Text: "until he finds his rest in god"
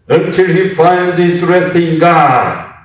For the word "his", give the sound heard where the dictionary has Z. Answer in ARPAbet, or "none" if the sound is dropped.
S